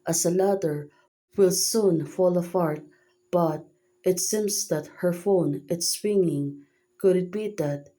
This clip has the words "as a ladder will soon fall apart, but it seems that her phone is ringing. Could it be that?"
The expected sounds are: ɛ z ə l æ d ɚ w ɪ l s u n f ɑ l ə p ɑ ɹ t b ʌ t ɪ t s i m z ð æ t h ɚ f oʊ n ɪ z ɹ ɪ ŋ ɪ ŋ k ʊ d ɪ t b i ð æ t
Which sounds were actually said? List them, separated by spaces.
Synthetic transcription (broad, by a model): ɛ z ə l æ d ɚ w ɪ l s u n f ɑ l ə f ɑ ɹ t b ʌ t ɪ t s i m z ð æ t h ɚ f oʊ n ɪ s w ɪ ŋ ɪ ŋ k ʊ d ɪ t b i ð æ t